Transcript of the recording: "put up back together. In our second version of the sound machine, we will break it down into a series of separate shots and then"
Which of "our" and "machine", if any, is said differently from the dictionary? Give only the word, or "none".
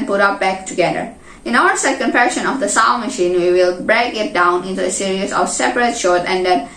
none